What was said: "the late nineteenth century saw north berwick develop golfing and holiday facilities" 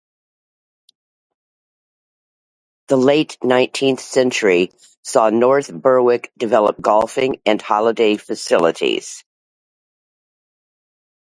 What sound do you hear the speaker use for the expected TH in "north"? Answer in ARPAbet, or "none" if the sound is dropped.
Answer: TH